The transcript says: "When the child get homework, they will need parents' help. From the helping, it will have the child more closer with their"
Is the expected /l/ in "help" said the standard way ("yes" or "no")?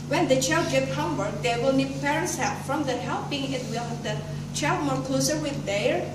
no